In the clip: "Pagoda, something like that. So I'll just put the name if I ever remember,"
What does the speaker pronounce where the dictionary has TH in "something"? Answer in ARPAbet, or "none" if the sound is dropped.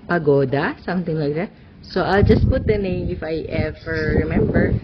T